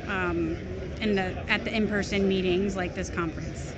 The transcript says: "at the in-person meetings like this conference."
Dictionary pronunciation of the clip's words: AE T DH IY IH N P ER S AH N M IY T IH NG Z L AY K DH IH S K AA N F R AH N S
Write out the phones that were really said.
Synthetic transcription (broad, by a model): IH T DH IY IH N P ER S AH N M IY T IH NG Z L AY K DH IH S K AA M F R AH N S